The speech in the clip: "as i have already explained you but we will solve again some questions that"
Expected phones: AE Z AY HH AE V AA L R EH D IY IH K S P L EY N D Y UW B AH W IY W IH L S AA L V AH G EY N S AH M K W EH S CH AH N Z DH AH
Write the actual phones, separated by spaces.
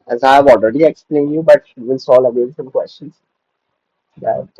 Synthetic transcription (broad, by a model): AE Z AY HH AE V AA L R EH D IY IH K S P L EY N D Y UW B AH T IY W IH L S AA L AH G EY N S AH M K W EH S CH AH N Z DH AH